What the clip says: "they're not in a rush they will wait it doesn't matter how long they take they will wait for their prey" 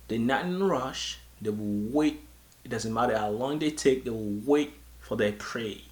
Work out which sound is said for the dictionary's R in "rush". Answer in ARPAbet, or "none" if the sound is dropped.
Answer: R